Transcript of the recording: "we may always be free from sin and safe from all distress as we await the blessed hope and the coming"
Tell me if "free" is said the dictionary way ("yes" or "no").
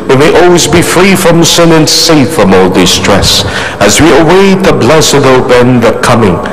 yes